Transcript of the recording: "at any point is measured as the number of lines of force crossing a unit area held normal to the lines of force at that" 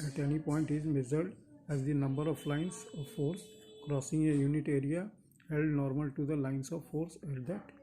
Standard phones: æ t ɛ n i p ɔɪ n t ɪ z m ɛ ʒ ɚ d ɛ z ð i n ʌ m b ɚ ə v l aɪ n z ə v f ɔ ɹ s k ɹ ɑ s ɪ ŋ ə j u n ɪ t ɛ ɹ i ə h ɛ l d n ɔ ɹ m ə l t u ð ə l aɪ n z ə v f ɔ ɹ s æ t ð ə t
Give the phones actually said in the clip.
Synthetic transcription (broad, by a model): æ t ɛ n i p ɔɪ n t ɪ z m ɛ z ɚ d ɛ z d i n ʌ m b ɚ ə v l aɪ n s ə v f ɔ ɹ s k ɹ ɑ s ɪ ŋ ə j u n ɪ t ɛ ɹ i ə h ɛ l d n ɔ ɹ m ə l t u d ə l aɪ n s ə v f ɔ ɹ s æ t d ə t